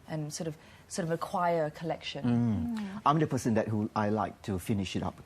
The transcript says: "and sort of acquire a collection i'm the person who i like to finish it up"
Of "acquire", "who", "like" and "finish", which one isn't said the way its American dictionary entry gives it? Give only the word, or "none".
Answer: none